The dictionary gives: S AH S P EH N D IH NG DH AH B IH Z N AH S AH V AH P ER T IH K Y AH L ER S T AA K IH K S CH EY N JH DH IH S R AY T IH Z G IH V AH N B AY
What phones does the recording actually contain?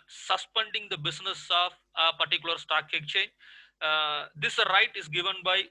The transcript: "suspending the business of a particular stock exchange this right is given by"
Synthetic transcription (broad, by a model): S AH S P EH N D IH NG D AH B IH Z N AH S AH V AH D T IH K Y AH L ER S T AA K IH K CH EY N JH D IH S R AY T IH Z G IH V AH N B AY